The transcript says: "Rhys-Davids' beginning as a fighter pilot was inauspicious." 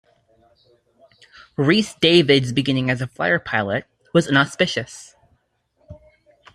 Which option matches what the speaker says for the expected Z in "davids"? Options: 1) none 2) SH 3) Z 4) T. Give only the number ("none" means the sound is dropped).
3